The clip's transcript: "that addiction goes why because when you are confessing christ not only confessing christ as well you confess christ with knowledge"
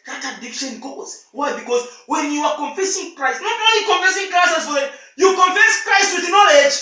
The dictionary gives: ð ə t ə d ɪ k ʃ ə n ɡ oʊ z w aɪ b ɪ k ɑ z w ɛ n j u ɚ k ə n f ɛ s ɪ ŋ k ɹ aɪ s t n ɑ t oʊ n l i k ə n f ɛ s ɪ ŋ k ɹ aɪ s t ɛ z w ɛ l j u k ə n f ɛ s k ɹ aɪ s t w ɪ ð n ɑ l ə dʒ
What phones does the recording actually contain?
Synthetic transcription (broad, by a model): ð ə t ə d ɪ k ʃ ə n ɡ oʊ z w aɪ b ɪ k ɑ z w ɛ n j u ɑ k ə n f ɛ s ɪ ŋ k ɹ aɪ s t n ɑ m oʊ l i k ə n f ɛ s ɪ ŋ k ɹ aɪ s t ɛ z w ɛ n j u k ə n f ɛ s k ɹ aɪ s t w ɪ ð n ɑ l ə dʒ